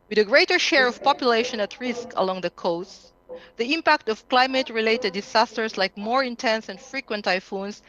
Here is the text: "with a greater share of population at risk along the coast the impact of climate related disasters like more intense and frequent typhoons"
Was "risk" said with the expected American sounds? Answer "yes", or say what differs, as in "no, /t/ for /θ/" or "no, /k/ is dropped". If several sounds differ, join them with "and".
yes